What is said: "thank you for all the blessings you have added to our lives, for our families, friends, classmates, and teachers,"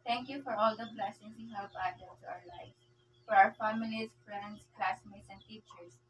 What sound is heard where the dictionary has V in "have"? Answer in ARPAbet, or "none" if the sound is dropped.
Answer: P